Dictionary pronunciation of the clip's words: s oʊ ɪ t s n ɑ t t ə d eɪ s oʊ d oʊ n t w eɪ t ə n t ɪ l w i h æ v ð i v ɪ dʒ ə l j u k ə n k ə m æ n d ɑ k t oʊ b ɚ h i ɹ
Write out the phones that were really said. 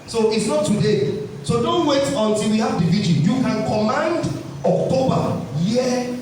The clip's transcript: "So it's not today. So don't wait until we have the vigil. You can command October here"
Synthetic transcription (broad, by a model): s oʊ ɪ t s n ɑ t t ə d eɪ s oʊ d oʊ n t w eɪ t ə n t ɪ l w i h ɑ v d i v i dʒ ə n j u k ə n k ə m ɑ n d ɑ k t oʊ b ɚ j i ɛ